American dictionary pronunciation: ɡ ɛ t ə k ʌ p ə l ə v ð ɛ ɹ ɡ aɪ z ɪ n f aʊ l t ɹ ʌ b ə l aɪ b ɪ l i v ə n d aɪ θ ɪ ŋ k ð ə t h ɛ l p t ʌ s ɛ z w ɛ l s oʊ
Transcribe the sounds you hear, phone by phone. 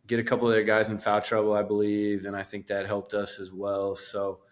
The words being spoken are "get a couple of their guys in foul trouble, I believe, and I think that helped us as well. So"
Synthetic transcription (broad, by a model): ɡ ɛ t ə k ʌ p l ə v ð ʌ ɹ ɡ aɪ z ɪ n f aʊ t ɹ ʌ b l aɪ b ɪ l i v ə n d aɪ θ ɪ ŋ k ð ə t h ɛ l p t ʌ s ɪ z w ɛ l s oʊ